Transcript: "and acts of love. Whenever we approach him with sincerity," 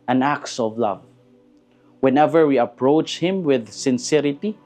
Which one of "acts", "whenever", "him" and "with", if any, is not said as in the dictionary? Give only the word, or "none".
none